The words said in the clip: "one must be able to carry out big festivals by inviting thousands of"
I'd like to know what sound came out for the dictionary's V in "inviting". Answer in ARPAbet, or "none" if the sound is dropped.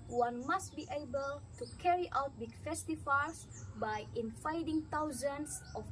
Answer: F